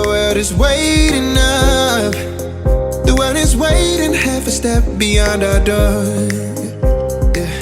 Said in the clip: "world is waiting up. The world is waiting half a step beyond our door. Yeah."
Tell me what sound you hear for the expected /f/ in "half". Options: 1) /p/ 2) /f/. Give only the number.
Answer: 2